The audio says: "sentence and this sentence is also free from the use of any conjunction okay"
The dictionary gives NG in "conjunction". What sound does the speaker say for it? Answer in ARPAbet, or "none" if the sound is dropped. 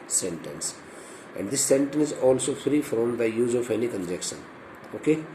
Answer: none